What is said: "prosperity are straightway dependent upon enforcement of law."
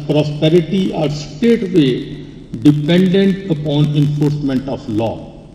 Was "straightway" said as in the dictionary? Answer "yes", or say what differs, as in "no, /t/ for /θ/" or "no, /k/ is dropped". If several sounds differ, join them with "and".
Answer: no, /ɹ/ is dropped